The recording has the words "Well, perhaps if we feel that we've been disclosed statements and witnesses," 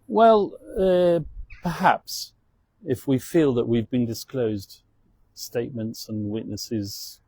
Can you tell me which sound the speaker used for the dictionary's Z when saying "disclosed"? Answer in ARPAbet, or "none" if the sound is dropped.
Z